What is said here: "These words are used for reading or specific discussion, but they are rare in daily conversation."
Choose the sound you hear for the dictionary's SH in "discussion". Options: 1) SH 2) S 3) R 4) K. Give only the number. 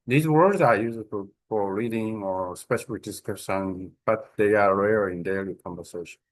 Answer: 2